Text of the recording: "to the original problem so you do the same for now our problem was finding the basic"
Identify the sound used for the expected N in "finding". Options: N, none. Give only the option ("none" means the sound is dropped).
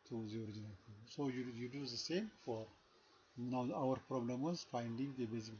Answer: N